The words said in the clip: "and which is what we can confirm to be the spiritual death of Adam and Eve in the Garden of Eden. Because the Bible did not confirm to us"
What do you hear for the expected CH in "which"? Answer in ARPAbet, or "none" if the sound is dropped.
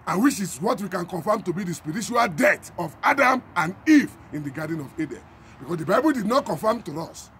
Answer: SH